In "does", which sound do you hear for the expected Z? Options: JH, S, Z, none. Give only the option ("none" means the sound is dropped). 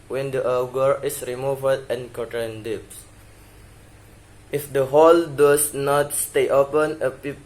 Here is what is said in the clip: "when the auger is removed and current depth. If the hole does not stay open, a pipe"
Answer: S